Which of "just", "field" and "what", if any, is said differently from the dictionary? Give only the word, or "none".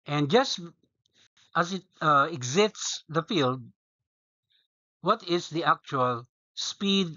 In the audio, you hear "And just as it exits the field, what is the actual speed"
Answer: none